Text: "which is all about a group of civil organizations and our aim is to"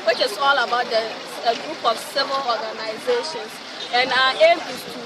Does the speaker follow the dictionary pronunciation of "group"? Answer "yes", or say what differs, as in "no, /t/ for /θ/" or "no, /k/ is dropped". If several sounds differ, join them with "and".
yes